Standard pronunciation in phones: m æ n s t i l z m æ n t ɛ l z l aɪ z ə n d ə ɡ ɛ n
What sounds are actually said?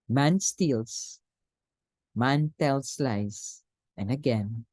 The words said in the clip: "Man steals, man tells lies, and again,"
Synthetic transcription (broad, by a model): m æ n s t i l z m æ n t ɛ l s l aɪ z ə n d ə ɡ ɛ n